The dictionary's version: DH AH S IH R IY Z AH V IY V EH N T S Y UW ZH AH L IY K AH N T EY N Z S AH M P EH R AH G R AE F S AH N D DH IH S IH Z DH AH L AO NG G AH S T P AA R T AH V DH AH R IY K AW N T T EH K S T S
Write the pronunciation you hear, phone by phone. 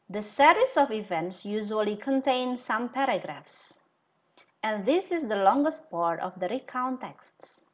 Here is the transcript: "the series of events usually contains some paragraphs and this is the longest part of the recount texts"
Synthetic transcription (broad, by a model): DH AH S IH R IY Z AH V IY V EH N T S Y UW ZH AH L IY K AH N T EY N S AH M P EH R AH G R AE F S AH N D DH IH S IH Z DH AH L AO NG G AH S T P AA R T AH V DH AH R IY K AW N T T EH K S T S